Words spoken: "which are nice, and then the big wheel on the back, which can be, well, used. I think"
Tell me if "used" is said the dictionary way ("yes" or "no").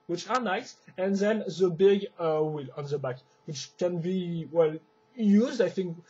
yes